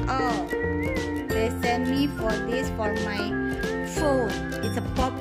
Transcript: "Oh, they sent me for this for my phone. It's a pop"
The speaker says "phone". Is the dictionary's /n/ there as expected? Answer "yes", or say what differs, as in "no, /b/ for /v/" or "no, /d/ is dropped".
no, /n/ is dropped